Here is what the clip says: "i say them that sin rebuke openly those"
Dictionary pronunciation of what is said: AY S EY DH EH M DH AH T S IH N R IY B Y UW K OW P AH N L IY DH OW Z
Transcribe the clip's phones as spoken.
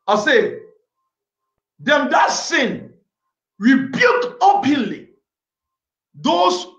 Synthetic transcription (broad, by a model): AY S EY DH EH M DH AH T S IH N R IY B Y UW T OW P AH N L IY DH OW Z